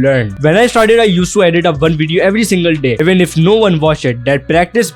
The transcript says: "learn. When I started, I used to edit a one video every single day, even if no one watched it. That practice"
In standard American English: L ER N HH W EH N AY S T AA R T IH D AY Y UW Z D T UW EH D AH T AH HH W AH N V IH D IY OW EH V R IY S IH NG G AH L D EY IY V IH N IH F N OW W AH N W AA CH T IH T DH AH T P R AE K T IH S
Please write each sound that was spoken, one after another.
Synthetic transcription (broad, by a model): L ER N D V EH N AY S T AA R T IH D AY Y UW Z T UW EH D AH T AH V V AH N V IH D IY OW EH V R IY S IH NG G AH L D EY IY V IH N IH F N OW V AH N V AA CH IH T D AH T P R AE K T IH S